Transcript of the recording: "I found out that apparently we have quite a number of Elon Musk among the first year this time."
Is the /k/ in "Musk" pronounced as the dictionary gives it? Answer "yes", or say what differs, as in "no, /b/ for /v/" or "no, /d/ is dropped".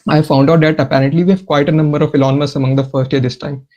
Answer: no, /k/ is dropped